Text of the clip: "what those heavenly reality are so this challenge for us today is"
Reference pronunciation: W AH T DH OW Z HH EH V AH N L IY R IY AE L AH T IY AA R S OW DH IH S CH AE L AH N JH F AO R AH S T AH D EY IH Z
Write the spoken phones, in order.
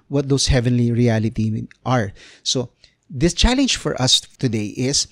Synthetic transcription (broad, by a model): W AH T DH OW S HH EH V AH N L IY R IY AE L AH T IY AA R S OW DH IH S CH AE L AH N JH F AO R AH S T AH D EY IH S